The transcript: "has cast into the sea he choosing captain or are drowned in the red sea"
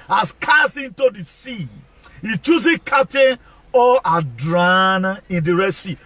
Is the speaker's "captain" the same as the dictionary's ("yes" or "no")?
no